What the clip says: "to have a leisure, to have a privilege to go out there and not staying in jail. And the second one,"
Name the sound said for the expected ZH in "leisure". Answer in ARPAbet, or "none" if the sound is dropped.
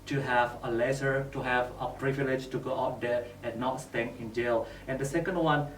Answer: S